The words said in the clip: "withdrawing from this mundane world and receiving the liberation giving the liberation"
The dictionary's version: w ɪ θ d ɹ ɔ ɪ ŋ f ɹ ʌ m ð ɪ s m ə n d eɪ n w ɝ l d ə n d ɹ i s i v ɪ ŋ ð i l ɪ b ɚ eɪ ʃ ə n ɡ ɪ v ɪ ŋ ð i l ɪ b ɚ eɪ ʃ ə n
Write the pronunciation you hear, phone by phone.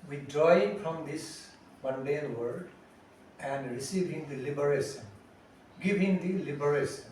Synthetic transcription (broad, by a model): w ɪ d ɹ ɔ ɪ ŋ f ɹ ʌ m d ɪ s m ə n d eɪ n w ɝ d ə n d ɹ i s i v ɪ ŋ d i l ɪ b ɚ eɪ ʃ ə n ɡ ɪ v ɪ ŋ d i l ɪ b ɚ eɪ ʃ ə n